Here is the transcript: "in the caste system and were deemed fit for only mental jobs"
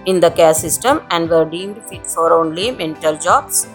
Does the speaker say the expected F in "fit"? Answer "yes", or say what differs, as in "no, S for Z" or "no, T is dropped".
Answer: yes